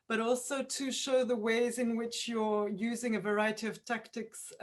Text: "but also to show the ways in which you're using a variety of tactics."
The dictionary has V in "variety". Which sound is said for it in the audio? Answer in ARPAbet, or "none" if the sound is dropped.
V